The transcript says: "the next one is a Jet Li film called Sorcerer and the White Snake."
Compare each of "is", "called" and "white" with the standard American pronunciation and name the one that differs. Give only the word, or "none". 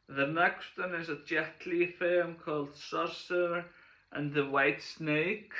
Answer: none